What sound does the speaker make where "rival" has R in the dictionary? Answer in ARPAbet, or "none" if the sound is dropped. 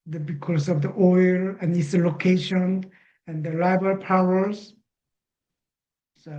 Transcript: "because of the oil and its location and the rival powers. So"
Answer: L